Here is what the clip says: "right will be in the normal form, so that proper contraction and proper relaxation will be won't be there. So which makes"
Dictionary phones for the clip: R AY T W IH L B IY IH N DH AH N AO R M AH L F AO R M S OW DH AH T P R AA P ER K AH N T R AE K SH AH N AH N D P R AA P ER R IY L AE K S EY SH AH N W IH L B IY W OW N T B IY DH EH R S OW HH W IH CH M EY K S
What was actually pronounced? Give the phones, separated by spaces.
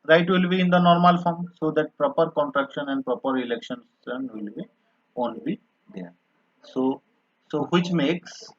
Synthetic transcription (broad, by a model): R AY T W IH L B IY IH N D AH N AO R M AH L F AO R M S OW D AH T P R AA P ER K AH N T R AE K SH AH N AH N D P R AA P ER R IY L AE K SH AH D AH N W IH L B IY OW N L B IY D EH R S OW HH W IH CH M EY K S